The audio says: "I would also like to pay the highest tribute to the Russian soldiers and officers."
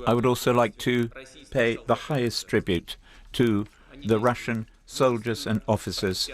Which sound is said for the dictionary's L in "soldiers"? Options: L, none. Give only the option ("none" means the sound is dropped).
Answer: L